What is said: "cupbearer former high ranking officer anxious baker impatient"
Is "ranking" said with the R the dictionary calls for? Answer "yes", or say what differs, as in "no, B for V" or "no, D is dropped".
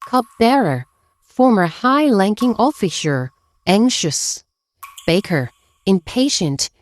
no, L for R